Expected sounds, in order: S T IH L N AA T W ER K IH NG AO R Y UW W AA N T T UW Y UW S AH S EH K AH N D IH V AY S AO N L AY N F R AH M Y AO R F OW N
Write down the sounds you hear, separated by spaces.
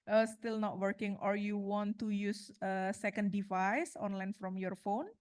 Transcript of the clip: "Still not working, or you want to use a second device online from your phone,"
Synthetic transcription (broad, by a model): S T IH L N AA T W ER K IH NG AO R Y UW W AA N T T UW Y UW S AH S EH K AH N D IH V AY S AO N L AY N F R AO M Y AO R F OW N